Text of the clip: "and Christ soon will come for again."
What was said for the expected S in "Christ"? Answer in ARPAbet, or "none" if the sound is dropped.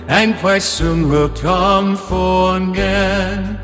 none